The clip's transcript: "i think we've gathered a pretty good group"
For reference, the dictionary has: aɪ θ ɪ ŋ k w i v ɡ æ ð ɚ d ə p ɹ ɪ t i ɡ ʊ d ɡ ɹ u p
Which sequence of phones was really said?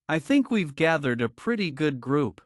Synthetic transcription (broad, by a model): aɪ θ ɪ ŋ k w i v ɡ æ ð ɚ d ə p ɹ ɪ t i ɡ ʊ d ɡ ɹ u p